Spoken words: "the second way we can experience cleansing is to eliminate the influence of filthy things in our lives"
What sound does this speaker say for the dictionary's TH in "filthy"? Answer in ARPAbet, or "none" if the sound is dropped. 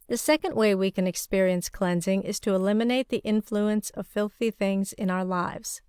TH